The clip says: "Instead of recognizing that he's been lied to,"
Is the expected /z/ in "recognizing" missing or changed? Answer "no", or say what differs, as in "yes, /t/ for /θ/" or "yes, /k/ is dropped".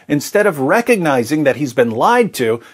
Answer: no